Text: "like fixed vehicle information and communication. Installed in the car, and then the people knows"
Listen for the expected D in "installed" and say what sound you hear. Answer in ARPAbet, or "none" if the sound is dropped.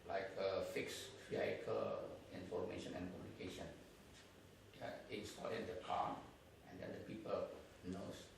none